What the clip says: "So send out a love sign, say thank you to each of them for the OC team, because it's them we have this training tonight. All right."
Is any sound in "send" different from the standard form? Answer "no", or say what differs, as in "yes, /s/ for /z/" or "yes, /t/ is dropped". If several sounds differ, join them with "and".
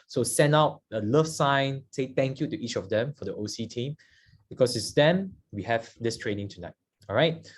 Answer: yes, /d/ is dropped